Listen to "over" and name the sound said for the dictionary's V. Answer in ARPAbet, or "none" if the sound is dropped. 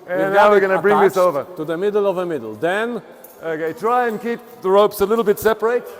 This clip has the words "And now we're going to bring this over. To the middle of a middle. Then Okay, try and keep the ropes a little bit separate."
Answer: V